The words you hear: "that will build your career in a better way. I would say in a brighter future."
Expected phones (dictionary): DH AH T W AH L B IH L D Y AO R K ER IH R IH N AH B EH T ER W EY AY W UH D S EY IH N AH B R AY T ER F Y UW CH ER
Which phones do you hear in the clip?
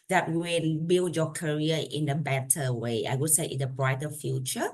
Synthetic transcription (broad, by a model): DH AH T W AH N B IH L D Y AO K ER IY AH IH N AH B EH T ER W EY AY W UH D S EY IH N AH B R AY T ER F Y UW CH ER